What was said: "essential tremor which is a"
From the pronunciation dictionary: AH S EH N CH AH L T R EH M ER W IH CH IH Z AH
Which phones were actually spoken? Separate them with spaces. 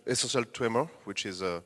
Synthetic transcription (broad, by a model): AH S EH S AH L T W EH M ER W IH CH IH Z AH